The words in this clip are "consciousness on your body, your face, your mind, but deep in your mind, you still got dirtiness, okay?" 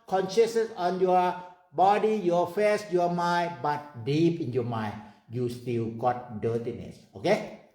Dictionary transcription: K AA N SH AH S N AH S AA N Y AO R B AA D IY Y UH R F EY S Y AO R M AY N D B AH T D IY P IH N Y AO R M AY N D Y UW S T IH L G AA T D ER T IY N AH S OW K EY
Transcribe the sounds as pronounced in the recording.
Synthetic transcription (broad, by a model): K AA N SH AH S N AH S AA N Y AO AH B AA D IY Y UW F EY S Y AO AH M AY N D B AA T D IY P IH N Y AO M AY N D Y UW S T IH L G AA T D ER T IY N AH S OW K EY